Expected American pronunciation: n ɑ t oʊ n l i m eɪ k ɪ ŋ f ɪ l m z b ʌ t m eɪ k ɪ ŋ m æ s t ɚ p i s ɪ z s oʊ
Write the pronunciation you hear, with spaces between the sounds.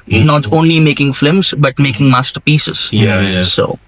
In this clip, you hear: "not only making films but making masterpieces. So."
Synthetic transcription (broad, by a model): n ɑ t oʊ n l i m eɪ k ɪ ŋ f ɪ m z b ʌ t m eɪ k ɪ ŋ m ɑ s t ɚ p i s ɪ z s oʊ